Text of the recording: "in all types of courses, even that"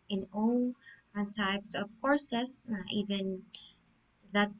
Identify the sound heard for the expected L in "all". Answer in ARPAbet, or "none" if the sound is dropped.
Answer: N